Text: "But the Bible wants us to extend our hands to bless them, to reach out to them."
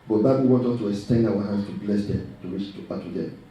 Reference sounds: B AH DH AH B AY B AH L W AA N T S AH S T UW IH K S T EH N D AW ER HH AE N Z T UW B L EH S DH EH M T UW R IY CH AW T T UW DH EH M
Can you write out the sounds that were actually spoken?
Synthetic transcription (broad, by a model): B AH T B AY B AH L W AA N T AH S T UW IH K S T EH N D AW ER HH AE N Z T UW B L EH S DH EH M T UW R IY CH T T UW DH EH